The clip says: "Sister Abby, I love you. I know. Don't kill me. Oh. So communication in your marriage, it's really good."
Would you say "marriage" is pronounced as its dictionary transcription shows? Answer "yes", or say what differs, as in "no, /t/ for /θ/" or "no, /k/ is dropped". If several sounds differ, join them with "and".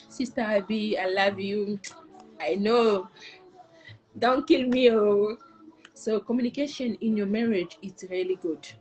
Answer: yes